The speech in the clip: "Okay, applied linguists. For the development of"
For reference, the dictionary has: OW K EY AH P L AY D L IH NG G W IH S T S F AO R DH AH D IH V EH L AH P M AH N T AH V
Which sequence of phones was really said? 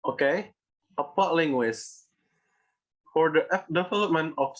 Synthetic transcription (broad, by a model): OW K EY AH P AY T L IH NG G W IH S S F AO R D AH D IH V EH L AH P M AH N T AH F